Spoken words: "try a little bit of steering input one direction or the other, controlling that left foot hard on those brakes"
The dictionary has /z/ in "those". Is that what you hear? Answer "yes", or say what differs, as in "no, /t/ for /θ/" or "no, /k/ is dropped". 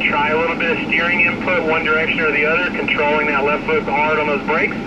yes